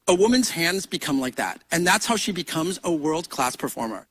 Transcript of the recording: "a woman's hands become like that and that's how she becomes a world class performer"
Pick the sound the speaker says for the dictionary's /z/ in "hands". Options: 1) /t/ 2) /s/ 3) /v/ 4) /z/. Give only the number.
4